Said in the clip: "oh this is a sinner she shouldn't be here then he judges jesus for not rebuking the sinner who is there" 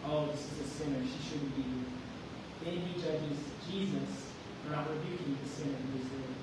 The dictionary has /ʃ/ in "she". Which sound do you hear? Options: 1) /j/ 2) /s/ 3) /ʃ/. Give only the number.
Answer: 3